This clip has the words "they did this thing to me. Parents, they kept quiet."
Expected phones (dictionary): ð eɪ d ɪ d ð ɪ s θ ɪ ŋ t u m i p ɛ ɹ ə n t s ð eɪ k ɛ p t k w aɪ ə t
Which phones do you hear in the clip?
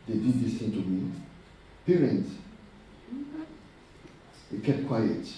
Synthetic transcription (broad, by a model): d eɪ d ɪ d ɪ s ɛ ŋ t u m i p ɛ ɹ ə n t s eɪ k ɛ t k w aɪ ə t